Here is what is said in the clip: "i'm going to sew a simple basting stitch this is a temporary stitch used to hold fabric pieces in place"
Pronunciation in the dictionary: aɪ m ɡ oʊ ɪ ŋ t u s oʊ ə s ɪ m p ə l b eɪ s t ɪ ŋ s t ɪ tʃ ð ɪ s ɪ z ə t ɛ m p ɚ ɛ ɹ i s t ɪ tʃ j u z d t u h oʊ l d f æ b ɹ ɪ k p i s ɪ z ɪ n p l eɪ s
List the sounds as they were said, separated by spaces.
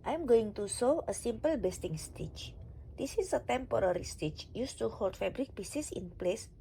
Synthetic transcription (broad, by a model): aɪ m ɡ oʊ ɪ ŋ t u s oʊ ə s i m p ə l b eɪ s t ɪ ŋ s t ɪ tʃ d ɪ s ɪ s ə t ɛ m p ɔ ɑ ɹ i s t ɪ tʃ j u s t u h oʊ l d f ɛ b ɹ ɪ k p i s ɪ s ɪ n p l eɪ s